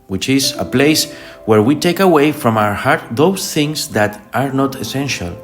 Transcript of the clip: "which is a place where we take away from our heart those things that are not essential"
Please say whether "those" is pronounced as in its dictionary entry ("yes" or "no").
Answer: no